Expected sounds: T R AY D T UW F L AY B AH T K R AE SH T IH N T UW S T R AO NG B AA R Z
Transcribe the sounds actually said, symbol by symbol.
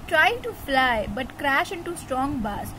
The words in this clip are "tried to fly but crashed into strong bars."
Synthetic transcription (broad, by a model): T R AY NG T UW F L AY B AH T K R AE SH IH N T UW S T R AO NG B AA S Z